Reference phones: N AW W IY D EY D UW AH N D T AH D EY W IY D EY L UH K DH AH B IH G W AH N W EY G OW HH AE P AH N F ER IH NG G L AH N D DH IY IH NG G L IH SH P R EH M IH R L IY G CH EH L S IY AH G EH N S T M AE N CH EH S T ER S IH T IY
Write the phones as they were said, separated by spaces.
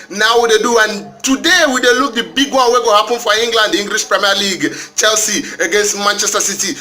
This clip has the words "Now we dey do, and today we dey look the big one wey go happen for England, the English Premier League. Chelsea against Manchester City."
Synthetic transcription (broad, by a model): N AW W IY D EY D UW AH N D T AH D EY W IY D EY L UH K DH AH B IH G W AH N W EY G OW HH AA P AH N F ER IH NG G L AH N D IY NG G L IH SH P R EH M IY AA L IY G CH EH L S IY AH G EH N S T M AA N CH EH S T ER S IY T IY